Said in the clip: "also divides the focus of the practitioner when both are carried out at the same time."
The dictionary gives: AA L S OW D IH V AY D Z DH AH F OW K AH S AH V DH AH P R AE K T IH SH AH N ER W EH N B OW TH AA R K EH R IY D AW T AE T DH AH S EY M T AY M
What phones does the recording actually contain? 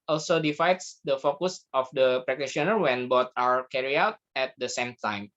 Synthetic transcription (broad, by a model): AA L S OW D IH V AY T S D AH F OW K AH S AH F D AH P R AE K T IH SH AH N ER W EH N B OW T AA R K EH R IY AW T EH T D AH S EY M T AY M